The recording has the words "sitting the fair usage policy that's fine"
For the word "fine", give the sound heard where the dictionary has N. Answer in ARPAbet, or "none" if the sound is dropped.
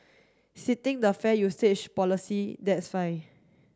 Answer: none